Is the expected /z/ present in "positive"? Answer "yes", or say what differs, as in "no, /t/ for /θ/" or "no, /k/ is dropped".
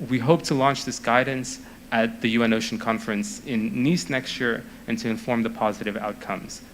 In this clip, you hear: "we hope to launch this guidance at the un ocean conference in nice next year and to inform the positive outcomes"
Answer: yes